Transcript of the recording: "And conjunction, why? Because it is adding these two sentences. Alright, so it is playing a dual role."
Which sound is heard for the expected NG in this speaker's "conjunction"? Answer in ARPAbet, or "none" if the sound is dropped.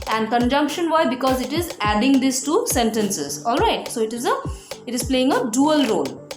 NG